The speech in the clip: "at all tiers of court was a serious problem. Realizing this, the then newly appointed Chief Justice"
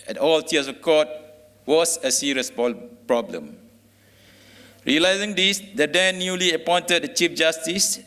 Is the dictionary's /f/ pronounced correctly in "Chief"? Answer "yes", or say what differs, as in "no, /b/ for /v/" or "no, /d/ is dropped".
yes